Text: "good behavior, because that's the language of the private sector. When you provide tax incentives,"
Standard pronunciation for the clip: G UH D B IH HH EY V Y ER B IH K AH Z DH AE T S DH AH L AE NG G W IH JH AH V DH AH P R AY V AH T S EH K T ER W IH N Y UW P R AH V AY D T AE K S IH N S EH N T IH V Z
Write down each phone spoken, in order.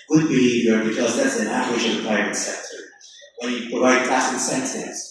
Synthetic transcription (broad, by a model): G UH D B IH HH EY V Y ER B IH K AH Z DH AE T S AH N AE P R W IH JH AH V DH AH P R AY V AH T S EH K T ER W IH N Y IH P R AH V AY D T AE S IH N S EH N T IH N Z